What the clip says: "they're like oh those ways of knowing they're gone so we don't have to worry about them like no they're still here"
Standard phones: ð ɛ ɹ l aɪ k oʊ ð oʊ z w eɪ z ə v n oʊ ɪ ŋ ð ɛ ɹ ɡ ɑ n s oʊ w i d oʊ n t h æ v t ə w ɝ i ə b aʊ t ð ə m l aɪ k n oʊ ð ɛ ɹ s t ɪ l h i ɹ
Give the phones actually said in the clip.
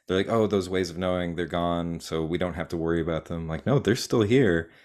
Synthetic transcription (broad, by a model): ð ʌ ɹ l aɪ k oʊ ð oʊ z w eɪ z ə v n oʊ ɪ ŋ ð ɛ ɹ ɡ ɑ n s oʊ w i d oʊ n t h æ f t ə w ɝ i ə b aʊ t ð ə m l aɪ k n oʊ ð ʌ ɹ s t ɪ l h i ɹ